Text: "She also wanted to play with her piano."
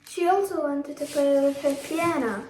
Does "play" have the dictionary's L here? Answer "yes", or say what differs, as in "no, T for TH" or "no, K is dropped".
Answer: no, L is dropped